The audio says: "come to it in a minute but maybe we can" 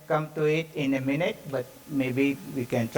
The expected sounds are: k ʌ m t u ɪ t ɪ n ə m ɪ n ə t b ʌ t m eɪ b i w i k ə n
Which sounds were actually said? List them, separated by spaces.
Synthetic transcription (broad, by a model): k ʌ m t u ɪ t ɪ n ə m ɪ n ə t b ʌ t m eɪ b i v i k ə n